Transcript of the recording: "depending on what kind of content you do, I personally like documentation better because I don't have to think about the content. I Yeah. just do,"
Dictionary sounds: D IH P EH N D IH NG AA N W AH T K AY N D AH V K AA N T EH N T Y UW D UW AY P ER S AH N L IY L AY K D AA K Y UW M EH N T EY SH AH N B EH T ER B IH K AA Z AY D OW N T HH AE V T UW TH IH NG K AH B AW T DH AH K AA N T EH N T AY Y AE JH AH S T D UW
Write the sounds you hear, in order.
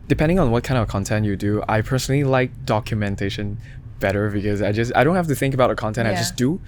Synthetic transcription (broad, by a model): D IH P EH N D IH NG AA N W AH T K AY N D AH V K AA N T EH N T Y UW D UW AY P ER S AH N L IY L AY K D AA K Y UW M EH N T EY SH AH N B EH T ER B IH K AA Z AY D OW N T HH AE F T UW TH IH NG K AH B AW T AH K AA N T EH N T AY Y JH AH S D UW